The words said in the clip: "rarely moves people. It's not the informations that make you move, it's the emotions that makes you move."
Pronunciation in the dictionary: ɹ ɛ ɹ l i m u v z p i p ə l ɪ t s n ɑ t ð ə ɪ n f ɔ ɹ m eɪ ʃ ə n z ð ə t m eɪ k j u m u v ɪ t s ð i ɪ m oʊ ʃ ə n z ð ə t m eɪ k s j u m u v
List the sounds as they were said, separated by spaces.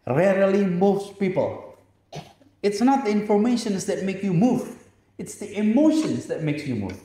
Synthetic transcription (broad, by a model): ɹ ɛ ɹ l i m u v s p i p ə l ɪ t s n ɑ t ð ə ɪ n f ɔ ɹ m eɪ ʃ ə n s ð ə t m eɪ k j u m u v ɪ t s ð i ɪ m oʊ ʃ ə n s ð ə t m eɪ k s j u m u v